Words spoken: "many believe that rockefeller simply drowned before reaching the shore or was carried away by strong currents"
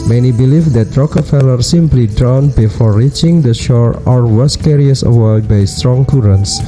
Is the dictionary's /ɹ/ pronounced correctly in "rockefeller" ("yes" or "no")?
yes